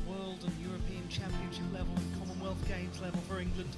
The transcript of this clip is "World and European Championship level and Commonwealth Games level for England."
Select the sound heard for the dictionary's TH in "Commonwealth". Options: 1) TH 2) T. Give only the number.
1